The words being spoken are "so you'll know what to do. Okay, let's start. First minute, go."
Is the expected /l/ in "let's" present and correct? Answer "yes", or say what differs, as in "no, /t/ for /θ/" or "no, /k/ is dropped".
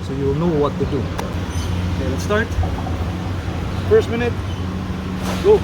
no, /n/ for /l/